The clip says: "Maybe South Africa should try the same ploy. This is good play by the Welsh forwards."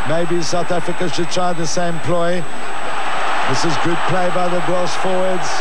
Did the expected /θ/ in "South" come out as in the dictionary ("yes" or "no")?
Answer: yes